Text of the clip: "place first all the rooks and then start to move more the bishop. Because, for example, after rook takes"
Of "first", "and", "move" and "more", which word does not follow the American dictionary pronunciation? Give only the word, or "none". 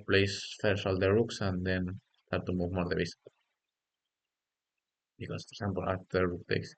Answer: first